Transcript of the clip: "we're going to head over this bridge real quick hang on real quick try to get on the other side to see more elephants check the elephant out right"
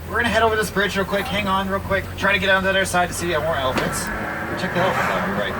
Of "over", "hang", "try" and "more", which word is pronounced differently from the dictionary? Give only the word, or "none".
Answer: over